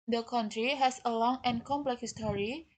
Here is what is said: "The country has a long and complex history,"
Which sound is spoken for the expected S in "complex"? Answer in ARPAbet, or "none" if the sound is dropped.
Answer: none